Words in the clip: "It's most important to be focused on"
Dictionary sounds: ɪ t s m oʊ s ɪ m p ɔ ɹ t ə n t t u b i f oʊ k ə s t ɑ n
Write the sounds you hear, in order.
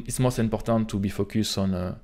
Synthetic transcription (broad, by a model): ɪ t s m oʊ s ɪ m p ɔ ɹ t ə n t t u b i f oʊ k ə s ɑ n